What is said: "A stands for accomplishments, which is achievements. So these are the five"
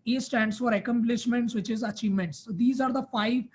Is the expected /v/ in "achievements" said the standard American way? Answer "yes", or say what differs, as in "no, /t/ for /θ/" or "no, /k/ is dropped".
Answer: yes